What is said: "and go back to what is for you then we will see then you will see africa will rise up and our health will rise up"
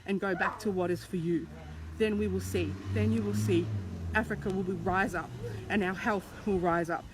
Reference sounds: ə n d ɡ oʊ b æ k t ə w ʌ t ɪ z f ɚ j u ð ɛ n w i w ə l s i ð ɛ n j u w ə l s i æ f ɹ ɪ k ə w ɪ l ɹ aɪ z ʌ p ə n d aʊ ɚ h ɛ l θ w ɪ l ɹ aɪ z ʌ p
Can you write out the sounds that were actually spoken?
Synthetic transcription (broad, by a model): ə n ɡ oʊ b æ k t ə w ʌ t ɪ z f ɚ j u ð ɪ n w i w ə l s i ð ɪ n j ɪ w ə l s i æ f ɹ ɪ k ə w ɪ l ɹ aɪ z ʌ p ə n aʊ ɚ h ɛ l θ w ɪ l ɹ aɪ z ʌ p